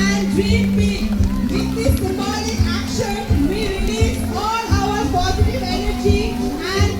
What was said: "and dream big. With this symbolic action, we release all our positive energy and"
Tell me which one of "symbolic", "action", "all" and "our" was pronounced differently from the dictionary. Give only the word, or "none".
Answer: symbolic